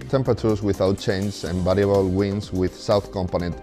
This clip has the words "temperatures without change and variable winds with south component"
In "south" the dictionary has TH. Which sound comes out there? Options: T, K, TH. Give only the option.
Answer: TH